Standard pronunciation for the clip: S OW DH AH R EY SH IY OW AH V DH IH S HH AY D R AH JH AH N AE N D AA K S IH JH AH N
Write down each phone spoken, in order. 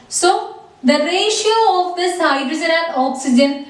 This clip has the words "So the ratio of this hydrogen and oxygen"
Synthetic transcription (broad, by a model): S OW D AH R EY SH IY OW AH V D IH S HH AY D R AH Z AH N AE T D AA K S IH JH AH N